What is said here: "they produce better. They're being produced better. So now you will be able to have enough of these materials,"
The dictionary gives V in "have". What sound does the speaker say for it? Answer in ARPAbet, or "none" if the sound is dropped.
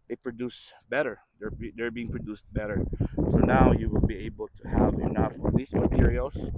V